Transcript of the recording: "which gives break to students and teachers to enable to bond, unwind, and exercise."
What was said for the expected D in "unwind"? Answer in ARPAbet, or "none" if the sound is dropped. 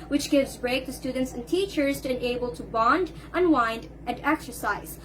D